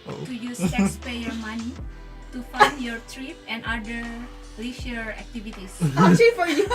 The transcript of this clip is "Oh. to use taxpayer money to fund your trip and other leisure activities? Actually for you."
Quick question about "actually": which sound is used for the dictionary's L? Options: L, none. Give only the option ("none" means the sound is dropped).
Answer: none